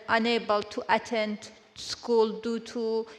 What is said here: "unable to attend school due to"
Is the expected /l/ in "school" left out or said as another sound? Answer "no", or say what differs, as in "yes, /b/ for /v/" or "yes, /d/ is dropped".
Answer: no